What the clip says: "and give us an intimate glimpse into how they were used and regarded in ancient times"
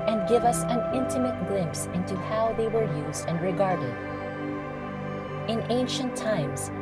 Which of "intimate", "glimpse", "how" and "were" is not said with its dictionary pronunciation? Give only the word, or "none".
none